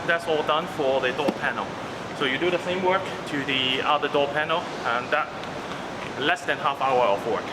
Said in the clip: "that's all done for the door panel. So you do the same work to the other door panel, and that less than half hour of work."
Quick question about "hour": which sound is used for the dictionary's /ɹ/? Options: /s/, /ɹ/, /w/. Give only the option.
/w/